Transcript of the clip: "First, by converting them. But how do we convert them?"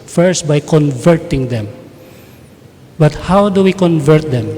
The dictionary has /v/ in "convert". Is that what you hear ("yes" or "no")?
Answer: yes